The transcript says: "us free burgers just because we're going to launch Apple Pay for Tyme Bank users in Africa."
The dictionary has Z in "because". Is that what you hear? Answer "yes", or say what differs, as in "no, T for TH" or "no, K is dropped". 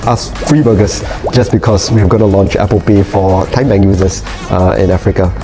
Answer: no, S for Z